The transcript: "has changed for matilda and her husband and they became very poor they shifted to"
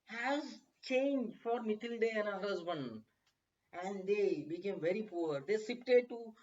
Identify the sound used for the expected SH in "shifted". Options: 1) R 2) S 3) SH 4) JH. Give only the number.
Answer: 2